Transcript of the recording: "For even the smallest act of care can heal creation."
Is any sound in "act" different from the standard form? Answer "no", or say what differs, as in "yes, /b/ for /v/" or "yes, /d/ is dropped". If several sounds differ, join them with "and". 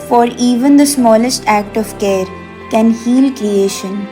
no